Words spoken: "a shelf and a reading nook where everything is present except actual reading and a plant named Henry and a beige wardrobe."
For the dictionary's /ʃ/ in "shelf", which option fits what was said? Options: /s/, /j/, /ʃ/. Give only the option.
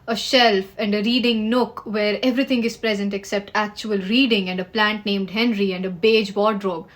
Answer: /ʃ/